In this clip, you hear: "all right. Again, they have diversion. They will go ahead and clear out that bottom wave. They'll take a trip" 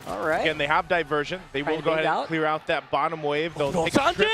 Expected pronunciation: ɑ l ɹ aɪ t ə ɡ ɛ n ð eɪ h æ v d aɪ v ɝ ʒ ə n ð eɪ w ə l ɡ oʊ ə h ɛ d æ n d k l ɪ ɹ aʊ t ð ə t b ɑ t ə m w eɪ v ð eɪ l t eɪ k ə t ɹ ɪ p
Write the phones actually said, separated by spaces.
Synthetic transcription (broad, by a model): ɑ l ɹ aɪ ə ɡ ɛ n ð eɪ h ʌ v d aɪ v ɝ ʒ ə n ð eɪ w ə n ɡ oʊ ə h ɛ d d k l ɪ ɹ aʊ t ð ə t b ɑ t ə m w eɪ v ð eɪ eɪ ə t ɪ